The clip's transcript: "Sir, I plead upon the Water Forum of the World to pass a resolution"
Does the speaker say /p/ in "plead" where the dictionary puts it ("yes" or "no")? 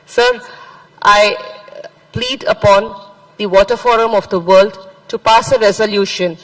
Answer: yes